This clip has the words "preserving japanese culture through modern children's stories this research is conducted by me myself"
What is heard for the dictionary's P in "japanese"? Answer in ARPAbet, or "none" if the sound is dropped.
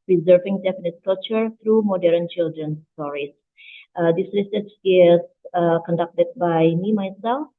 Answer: F